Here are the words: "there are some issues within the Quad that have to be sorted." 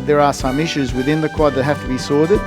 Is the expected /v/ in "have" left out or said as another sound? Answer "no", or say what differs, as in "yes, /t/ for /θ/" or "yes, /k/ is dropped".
yes, /f/ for /v/